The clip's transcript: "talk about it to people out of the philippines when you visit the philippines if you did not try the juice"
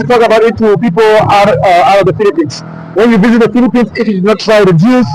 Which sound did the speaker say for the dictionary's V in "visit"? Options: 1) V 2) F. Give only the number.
1